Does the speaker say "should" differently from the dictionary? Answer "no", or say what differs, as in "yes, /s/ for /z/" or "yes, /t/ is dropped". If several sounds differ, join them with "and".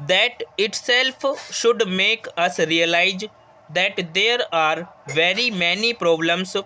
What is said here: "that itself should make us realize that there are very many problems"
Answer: no